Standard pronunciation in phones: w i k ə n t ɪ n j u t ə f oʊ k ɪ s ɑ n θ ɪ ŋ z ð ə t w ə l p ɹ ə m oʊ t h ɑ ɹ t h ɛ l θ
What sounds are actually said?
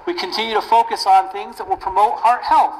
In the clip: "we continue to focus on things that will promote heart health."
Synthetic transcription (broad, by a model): w i k ə n t ɪ n j u t ə f oʊ k ɪ s n θ ɪ ŋ z ð ə t w ə l p ɹ ə m oʊ t h ɑ ɹ t h ɛ l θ